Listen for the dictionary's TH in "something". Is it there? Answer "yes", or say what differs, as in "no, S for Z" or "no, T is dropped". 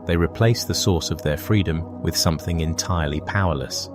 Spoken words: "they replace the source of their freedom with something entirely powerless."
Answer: yes